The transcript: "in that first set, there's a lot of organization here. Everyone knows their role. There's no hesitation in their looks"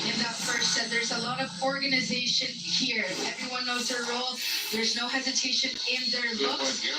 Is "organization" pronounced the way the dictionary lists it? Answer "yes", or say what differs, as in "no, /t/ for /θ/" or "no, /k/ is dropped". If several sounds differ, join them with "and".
yes